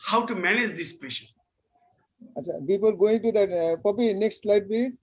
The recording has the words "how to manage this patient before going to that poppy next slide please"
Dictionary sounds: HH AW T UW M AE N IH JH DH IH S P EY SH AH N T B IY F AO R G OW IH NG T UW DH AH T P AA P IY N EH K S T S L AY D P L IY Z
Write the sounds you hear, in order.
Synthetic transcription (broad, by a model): HH AW T UW M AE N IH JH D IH S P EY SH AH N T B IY P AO L G OW IH NG T UW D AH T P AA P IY N EH K S T S L AY D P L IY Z